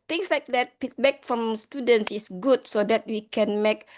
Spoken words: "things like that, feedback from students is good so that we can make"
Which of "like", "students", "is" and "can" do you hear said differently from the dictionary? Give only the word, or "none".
is